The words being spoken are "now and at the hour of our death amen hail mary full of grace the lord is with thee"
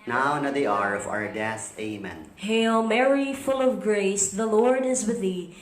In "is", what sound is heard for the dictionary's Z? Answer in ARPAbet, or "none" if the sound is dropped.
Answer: Z